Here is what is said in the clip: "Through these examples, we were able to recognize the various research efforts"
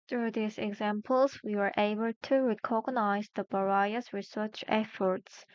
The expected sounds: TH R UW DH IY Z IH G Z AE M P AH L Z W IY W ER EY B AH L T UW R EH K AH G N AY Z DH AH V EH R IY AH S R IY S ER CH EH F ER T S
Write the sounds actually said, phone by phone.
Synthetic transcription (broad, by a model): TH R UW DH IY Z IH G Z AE M P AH L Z W IY W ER EY B AH L T UW R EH K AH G N AY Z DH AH B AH R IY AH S R IY S ER CH EH F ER T S